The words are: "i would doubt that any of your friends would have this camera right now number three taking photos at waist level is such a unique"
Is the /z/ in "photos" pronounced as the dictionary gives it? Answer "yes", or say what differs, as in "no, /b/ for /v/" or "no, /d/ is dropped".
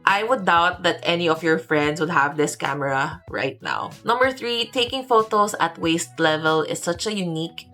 no, /s/ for /z/